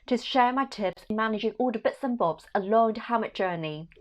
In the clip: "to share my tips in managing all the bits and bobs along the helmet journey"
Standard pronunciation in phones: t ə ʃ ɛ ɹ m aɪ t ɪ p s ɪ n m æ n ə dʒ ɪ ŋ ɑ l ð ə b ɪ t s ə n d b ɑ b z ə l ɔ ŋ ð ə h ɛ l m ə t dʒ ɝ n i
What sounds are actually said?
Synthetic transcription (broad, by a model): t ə ʃ ɛ ɹ m aɪ t ɪ p s ɪ n m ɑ n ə dʒ ɪ ŋ ɑ l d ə b ɪ t s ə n b ɑ b z ə l ɔ ŋ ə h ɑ m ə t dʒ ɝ n i